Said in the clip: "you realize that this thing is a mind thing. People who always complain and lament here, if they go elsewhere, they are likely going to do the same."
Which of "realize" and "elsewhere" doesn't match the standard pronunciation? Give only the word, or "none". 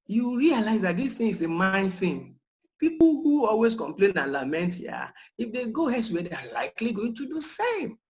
elsewhere